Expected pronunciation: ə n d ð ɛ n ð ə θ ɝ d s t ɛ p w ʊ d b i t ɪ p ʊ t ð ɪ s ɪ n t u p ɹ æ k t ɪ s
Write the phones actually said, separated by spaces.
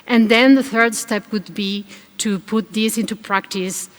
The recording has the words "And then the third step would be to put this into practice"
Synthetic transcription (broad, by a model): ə n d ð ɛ n ð ə θ ɝ d s t ɛ p w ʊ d b i t ɪ p ʊ t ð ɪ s ɪ n t u p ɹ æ k t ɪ s